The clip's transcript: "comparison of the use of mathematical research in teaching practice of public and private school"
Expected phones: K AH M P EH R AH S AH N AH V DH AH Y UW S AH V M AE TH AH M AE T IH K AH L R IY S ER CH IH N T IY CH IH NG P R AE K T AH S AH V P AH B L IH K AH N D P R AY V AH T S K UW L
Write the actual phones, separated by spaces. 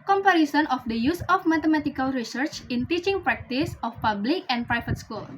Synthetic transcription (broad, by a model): K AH M P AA R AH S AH N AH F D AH Y UW S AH F M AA T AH M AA T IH K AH L R IY S ER CH IH N T IY CH IH NG P R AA K T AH S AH F P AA B L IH K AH N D P R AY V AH T S K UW L